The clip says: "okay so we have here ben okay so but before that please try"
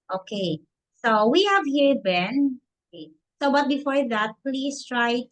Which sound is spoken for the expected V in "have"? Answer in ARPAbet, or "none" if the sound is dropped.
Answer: V